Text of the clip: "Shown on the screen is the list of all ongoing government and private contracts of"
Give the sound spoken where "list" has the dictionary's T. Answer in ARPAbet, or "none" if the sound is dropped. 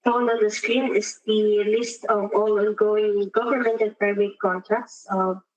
T